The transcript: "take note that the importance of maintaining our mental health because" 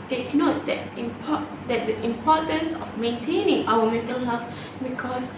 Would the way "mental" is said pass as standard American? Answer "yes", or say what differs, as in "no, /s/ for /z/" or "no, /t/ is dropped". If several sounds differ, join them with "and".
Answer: yes